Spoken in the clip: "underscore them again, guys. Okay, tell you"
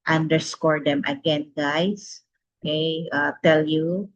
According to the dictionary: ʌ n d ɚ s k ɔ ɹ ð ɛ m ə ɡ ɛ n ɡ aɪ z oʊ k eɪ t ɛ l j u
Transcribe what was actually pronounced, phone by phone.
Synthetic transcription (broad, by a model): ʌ n d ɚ s k ɔ ɹ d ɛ m ə ɡ ɛ n ɡ aɪ s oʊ k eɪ t ɛ l j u